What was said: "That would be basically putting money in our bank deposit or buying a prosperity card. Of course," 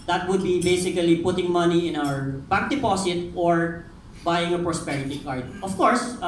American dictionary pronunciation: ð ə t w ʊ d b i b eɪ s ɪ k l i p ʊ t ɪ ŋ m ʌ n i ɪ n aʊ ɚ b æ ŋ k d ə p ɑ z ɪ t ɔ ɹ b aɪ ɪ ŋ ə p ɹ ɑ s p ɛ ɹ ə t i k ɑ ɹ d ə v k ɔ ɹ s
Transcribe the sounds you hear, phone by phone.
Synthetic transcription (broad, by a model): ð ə t w ʊ d b i b eɪ s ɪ k l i p ʊ t ɪ ŋ m ʌ n i ɪ n aʊ ɚ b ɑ k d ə p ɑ s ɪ t ɔ ɹ b aɪ ɪ ŋ ə p ɹ ɑ s p ɛ ɹ ə t i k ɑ ɹ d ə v k ɔ ɹ s